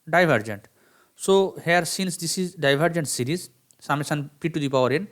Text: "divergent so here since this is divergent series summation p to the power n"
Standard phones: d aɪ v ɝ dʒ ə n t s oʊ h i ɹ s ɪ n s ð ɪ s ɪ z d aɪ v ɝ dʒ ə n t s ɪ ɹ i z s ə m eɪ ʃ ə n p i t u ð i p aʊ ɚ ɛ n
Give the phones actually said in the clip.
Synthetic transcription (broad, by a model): d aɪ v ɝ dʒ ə n t s oʊ h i ɹ s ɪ n s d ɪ s ɪ z d aɪ v ɝ dʒ ə n t s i ɹ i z s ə m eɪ s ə n p i t u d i p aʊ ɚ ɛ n